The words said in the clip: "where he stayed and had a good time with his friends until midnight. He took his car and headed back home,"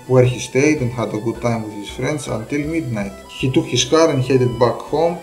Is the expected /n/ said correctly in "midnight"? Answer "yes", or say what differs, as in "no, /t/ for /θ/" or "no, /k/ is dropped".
yes